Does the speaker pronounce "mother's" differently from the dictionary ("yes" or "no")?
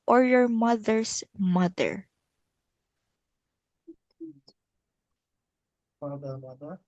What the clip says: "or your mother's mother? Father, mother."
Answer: yes